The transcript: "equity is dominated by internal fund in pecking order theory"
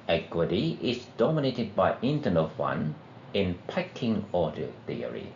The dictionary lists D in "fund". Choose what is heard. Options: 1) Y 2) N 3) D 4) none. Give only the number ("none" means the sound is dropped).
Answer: 4